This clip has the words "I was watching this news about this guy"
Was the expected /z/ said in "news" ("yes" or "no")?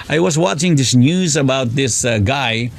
yes